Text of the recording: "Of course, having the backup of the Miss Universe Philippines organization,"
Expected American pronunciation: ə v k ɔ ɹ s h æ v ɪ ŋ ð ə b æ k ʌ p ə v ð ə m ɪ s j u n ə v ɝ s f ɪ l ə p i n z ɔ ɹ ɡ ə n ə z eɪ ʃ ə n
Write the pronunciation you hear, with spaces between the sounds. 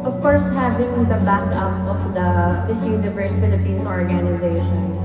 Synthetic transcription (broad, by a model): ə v k ɔ ɹ s h æ v ɪ ŋ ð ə b æ k ʌ p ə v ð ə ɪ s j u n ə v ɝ s f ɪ l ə p i n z ɔ ɹ ɡ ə n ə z eɪ ʃ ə n